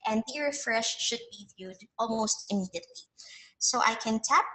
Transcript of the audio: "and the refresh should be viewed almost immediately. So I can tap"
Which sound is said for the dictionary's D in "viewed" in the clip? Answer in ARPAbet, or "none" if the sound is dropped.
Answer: D